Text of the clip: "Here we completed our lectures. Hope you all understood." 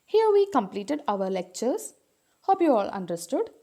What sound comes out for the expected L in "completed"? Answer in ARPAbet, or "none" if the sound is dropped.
L